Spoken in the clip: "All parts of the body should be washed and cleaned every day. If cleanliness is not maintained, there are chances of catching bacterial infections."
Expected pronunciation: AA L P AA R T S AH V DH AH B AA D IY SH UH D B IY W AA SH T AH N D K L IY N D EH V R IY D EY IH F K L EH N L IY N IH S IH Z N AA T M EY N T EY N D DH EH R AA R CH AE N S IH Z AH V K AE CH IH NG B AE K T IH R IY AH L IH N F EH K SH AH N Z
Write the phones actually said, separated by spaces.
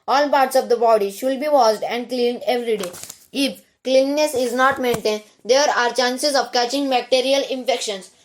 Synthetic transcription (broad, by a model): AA L P AA R T S AH V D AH B AA D IY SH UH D B IY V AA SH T AH N D K L IY N D EH V R IY D EY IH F K L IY N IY N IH S IH Z N AA T M EY N T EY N D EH R AA R CH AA N S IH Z AH V K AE CH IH NG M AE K T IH R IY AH L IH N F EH K SH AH N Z